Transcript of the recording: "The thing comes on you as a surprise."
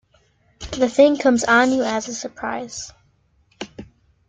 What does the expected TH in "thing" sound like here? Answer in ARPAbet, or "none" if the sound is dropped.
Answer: TH